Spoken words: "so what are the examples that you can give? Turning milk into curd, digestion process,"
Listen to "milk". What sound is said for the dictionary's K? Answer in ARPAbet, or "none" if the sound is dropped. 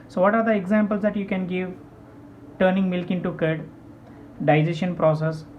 K